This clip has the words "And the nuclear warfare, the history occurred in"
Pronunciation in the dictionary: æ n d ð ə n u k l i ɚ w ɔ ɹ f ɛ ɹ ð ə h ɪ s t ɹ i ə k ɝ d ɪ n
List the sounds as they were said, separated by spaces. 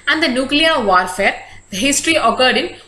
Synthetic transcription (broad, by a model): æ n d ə n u k l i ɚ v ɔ ɹ f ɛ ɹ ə h ɪ s t ɹ i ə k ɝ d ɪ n